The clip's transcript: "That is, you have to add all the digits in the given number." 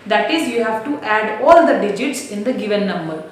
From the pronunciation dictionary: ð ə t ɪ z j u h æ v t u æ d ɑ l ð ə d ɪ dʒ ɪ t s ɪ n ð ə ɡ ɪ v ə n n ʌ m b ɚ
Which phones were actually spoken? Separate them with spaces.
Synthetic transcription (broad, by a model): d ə t ɪ z j u h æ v t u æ d ɑ l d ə d ɪ dʒ ɪ t s ɪ n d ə ɡ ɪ v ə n n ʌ m b ɚ